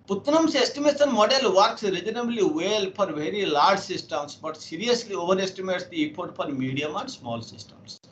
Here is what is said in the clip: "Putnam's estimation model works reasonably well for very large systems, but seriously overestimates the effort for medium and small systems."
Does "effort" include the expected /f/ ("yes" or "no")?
no